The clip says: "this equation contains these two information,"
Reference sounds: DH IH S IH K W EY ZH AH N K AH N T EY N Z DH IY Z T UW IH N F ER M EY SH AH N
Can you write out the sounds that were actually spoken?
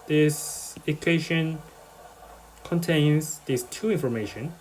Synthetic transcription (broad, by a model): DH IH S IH K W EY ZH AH N K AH N T EY N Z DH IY S T UW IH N F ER M EY SH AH N